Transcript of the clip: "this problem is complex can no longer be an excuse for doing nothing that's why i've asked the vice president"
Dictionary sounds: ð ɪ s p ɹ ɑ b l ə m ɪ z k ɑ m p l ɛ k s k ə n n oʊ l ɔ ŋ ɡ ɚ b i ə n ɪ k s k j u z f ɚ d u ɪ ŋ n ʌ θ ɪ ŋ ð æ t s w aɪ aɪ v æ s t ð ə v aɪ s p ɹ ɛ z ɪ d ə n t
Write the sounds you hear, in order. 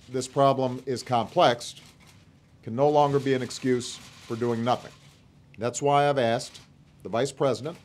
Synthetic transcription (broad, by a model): ð ɪ s p ɹ ɑ b l ə m ɪ z k ɑ m p l ɛ k s k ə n n oʊ l ɔ ŋ ɡ ɚ b i ə n ɪ k s k j u z f ɚ d u ɪ ŋ n ʌ θ ɪ ŋ ð æ t s w aɪ aɪ v æ s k ð ə v aɪ s p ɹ ɛ z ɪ d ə n t